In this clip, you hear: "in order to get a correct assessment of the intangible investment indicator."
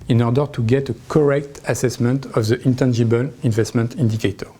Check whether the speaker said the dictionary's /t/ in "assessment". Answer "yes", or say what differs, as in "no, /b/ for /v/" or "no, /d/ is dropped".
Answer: yes